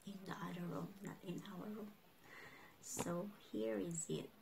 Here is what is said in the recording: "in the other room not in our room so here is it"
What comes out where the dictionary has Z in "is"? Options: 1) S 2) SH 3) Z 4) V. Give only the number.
3